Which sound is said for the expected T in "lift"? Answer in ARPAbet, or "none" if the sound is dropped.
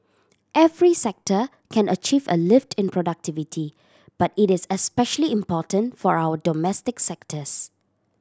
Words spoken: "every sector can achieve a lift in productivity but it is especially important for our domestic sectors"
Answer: T